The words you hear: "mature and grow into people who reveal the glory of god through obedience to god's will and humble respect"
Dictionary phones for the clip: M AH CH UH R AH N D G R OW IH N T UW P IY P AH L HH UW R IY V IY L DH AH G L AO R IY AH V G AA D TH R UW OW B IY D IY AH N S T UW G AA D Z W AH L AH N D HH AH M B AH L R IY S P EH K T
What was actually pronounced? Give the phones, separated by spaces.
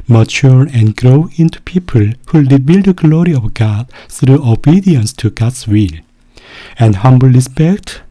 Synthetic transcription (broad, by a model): M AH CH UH R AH N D G R OW IH N T UW P IY P AH L HH UW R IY B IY L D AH G L AO R IY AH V G AA D TH R UW OW B IY D IY AH N S T UW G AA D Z W AH L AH N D HH AH M B AH L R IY S P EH K T